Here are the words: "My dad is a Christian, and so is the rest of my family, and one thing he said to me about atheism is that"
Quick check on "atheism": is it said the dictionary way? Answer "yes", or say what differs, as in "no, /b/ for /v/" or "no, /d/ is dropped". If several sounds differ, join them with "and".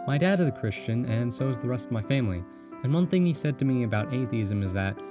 yes